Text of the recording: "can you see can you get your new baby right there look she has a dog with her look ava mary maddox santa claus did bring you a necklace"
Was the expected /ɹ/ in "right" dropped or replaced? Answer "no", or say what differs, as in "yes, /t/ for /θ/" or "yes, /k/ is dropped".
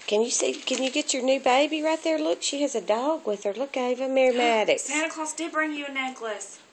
no